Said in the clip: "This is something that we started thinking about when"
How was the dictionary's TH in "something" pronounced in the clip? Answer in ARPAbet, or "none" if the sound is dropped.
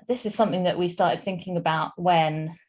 TH